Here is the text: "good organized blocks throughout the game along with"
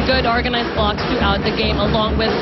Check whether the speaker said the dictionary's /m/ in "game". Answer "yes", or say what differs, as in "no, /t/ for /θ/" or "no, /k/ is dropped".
yes